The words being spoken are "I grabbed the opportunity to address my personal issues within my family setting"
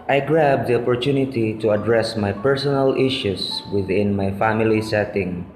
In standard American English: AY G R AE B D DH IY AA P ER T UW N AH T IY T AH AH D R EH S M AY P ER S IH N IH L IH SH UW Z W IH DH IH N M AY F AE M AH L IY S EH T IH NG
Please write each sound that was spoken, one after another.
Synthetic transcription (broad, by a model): AY G R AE B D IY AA P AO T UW N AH T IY T AH AH D R EH S M AY P ER S IH N IH L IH SH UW S W IH DH IH N M AY F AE M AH L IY S EH T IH NG